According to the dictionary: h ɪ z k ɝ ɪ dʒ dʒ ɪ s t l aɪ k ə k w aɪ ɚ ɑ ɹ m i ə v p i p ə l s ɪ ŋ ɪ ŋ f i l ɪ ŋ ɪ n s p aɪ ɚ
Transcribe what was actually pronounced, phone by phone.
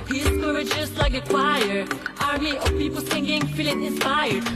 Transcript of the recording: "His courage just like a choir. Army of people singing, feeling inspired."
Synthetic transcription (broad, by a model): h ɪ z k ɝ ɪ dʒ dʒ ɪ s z l aɪ k ə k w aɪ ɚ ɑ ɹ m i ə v p i p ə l θ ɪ ŋ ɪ ŋ f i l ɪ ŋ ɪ n s p aɪ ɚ